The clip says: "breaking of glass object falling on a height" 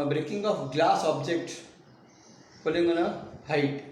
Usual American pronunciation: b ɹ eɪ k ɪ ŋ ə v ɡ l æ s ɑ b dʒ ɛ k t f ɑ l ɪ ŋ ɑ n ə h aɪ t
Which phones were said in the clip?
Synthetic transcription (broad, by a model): b ɹ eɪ k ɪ ŋ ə p ɡ l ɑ s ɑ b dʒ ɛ k t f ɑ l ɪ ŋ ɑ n ə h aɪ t